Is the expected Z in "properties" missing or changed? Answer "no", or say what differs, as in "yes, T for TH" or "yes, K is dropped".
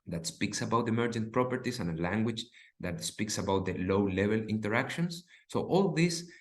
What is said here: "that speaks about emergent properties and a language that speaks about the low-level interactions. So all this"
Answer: yes, S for Z